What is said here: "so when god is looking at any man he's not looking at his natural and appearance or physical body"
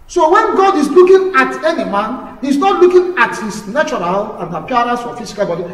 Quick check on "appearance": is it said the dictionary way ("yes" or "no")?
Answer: no